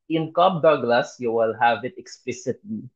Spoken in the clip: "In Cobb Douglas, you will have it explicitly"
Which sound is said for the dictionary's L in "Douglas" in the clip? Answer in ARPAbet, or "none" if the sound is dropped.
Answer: L